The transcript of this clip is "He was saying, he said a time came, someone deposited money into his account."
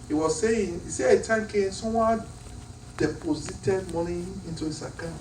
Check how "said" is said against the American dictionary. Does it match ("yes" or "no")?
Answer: no